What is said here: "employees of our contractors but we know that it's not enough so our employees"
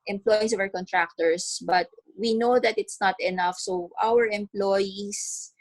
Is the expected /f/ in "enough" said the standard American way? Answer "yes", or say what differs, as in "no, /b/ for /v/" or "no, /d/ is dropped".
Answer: yes